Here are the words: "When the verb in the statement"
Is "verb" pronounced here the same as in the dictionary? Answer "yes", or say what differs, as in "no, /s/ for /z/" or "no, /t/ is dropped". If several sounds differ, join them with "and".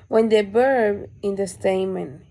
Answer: no, /b/ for /v/